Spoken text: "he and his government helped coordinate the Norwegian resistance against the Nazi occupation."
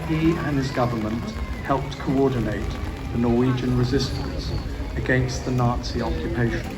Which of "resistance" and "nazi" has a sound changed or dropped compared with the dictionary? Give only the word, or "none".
none